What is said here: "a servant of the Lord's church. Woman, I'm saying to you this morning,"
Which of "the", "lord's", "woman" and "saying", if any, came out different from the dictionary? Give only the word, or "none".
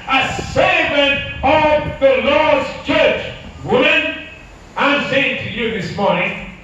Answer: none